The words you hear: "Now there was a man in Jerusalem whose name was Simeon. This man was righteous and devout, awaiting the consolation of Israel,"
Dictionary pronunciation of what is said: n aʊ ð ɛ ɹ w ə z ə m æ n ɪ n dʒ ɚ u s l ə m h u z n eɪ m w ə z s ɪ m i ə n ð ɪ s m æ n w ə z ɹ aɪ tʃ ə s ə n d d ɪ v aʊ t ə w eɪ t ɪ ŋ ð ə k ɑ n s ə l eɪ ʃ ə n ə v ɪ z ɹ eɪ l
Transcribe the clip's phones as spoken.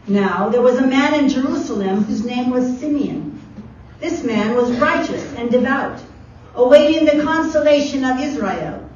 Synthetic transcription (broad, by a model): n aʊ ð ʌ ɹ w ə z ə m æ n ɪ n dʒ ɚ u s l ə m h u z n eɪ m w ə z s ɪ m i ə n ð ɪ s m æ n w ə z ɹ aɪ tʃ ə s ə n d d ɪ v aʊ t ə w eɪ t ɪ ŋ ð ə k ɑ n s ə l eɪ ʃ ə n ə v ɪ z ɹ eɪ l